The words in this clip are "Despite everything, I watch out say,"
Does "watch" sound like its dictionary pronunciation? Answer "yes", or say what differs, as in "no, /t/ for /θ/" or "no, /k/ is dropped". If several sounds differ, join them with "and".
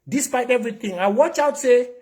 yes